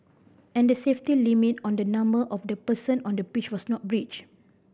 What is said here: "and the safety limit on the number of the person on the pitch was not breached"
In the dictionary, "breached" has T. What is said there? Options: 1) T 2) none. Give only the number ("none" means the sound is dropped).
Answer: 2